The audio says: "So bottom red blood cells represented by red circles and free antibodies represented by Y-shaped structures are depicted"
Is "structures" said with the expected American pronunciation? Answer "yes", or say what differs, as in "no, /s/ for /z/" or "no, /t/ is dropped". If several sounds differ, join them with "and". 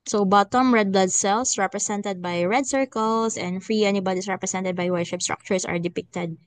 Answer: no, /s/ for /z/